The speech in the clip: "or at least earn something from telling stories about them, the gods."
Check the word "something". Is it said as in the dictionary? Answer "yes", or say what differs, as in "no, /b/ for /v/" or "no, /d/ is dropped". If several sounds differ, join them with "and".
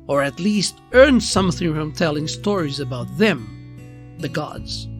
yes